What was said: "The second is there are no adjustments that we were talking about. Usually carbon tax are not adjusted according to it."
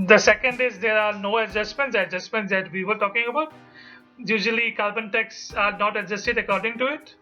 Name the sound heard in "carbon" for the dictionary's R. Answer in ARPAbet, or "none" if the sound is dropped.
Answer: L